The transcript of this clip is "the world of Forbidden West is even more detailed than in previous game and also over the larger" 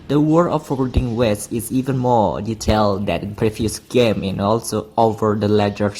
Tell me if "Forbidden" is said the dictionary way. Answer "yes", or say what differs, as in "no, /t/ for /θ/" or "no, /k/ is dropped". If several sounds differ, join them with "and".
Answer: no, /b/ is dropped